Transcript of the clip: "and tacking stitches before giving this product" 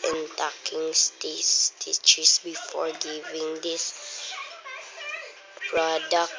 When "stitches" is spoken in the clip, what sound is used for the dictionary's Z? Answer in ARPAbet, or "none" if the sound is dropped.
S